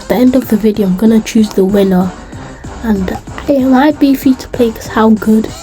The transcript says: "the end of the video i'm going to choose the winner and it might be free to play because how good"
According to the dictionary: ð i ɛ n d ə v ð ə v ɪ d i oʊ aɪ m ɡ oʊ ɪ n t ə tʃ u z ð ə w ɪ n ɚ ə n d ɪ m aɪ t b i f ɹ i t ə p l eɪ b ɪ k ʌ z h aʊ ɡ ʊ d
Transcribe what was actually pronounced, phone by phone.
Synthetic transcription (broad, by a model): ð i ɛ n d ə v ð ə v ɪ d i oʊ aɪ m ɡ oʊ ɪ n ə tʃ u z ð ə w ɪ n ɚ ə n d ɪ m aɪ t b i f i t ə p l eɪ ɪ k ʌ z h aʊ ɡ ʊ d